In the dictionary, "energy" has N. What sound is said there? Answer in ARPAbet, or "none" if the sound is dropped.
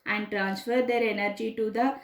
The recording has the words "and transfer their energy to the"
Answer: N